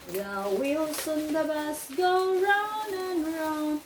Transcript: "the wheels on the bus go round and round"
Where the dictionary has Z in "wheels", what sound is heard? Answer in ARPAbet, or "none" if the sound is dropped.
S